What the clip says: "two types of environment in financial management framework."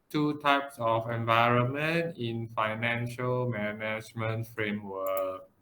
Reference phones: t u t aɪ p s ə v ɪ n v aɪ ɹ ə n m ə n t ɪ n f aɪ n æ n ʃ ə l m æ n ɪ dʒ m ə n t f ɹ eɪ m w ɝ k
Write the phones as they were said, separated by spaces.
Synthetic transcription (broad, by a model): t u t aɪ p s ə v ɪ n v aɪ ɹ ə n m ə n t ɪ n f aɪ n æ n ʃ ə l m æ n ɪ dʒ m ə n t f ɹ eɪ m w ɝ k